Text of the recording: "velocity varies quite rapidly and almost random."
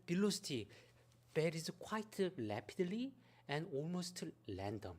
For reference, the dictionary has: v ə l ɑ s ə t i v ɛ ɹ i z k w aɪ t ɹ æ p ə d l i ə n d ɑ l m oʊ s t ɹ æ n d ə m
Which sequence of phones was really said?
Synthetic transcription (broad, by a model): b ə l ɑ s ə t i b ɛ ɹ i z k w aɪ t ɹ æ p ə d l i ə n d ɑ l m oʊ s t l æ n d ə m